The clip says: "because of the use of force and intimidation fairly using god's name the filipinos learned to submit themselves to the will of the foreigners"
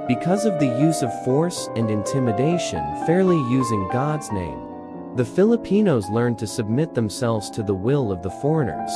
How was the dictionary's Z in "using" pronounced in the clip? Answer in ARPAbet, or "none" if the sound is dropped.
Z